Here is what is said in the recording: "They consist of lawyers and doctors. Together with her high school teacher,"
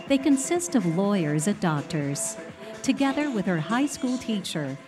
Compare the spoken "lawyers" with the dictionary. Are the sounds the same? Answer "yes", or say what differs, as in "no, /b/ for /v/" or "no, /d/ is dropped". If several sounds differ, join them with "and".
yes